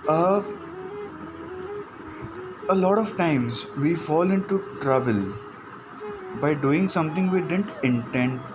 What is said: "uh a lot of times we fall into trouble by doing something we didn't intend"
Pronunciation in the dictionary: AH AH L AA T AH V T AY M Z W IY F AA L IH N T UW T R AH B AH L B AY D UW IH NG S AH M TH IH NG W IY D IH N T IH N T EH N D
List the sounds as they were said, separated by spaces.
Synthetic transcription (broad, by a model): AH AH L AA T AH V T AY M Z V IY F AA L IH N T UW T R AH B AH L B AY D UW IH NG S AH M T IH NG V IY D IH N T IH N T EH N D